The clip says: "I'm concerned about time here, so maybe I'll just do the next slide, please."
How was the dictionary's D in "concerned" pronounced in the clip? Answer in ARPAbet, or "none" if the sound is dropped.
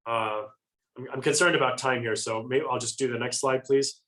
D